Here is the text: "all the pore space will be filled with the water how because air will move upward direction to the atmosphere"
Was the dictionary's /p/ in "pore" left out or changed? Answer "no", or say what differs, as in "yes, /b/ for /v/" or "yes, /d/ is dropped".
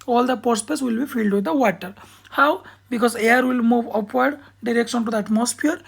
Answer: no